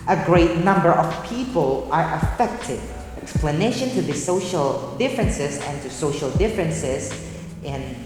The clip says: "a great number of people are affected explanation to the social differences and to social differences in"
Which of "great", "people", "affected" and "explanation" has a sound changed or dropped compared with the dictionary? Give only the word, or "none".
none